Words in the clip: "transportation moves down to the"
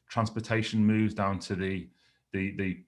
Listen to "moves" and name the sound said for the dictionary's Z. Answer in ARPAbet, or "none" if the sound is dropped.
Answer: Z